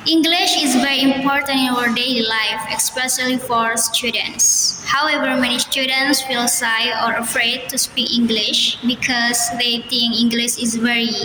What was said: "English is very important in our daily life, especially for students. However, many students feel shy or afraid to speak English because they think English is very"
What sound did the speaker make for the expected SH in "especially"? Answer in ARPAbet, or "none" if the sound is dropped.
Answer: S